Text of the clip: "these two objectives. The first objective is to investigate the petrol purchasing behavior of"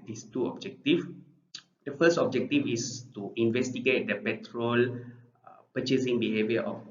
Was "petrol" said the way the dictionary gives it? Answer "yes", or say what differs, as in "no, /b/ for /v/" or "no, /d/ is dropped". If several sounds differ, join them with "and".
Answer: yes